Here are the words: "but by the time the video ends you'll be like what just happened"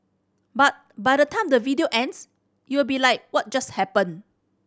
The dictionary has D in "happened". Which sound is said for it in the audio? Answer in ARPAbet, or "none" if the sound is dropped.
none